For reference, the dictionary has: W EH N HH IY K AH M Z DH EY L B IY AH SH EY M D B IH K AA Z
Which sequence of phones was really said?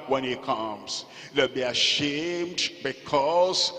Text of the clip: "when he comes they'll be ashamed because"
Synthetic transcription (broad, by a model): W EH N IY K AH M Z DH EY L B IY AH SH EY M D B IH K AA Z